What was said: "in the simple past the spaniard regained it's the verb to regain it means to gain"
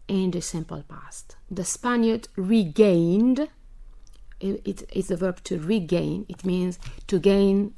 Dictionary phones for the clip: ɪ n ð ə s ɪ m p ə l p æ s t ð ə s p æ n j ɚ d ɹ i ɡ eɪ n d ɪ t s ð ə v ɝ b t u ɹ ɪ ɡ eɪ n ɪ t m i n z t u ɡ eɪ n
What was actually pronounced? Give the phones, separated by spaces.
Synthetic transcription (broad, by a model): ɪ n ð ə s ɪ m p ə l p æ s t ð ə s p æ n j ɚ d ɹ i ɡ eɪ n d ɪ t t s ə v ɝ b t u ɹ ɪ ɡ eɪ n ɪ t m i n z t u ɡ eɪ n